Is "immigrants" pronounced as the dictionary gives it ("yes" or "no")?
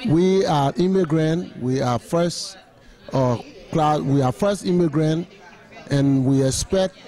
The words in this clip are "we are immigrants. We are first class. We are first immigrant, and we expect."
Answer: no